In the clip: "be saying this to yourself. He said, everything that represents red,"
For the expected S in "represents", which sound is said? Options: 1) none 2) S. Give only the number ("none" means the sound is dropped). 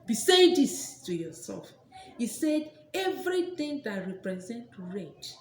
1